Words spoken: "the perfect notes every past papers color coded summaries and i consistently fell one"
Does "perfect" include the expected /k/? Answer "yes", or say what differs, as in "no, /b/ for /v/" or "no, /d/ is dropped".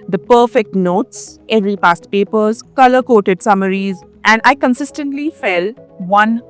yes